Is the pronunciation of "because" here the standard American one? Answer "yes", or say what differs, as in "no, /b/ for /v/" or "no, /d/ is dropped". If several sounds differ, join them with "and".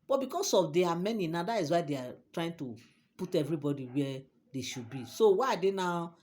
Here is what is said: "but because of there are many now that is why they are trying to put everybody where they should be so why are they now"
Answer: no, /s/ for /z/